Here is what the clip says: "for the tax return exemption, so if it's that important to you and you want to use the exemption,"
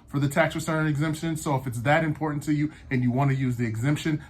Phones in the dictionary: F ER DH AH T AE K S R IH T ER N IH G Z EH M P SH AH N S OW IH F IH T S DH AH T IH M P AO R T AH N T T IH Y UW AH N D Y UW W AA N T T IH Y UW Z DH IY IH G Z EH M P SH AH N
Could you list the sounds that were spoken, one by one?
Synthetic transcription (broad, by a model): F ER DH AH T AE K S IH S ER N IH G Z EH M P SH AH N S OW IH F IH T S DH AH T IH M P AO R T N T T IH Y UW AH N Y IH W AA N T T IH Y UW Z DH IY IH G Z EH M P SH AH N